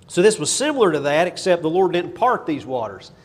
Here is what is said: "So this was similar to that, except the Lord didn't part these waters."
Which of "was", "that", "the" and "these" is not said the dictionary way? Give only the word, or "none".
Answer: none